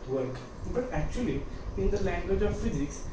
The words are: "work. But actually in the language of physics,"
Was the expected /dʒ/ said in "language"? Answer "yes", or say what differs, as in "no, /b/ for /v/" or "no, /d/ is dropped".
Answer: yes